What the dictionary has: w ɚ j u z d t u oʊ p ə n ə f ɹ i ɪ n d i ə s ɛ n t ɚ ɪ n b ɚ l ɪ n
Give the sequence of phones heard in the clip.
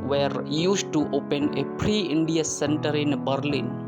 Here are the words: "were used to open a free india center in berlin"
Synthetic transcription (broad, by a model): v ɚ j u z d t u oʊ p ə n ə p ɹ i ɪ n d i ə s ɛ n t ɚ ɪ n b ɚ l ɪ n